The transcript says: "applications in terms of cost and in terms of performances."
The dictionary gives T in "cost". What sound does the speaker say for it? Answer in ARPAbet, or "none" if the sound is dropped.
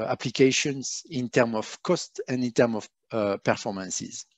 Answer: T